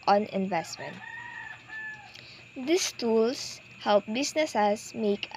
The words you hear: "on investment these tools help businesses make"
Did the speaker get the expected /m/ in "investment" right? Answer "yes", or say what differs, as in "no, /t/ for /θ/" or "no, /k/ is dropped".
yes